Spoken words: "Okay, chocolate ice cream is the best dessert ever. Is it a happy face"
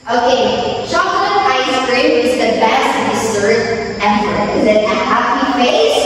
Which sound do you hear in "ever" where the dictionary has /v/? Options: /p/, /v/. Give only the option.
/p/